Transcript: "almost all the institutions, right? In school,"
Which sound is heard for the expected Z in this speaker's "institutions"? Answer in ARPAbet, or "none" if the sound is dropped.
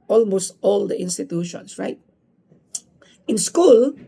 S